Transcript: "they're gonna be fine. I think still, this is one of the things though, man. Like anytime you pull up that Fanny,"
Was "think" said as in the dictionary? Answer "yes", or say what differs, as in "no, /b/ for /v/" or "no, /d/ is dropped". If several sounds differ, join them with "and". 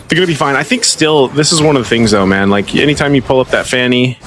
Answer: yes